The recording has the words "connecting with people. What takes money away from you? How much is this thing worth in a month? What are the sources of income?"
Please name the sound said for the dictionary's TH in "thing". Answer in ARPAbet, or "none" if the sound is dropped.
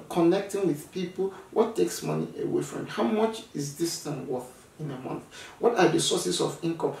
T